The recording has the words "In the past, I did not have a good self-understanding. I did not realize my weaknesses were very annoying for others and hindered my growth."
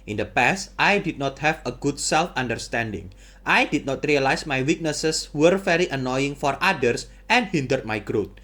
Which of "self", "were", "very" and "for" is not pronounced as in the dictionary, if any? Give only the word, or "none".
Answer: very